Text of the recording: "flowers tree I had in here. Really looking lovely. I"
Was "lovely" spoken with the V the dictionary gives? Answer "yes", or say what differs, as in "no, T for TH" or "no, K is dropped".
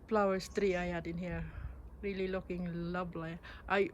no, B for V